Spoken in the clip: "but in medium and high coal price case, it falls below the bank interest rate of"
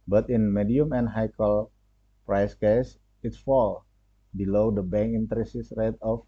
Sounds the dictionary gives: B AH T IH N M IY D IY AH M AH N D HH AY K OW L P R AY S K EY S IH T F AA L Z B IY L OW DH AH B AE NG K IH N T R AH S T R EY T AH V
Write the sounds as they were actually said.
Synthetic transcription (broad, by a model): B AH T IH N M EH D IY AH M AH N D HH AY K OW L P R AY S K EY S IH T F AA L B IY L OW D AH B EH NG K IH N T R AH S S R EY T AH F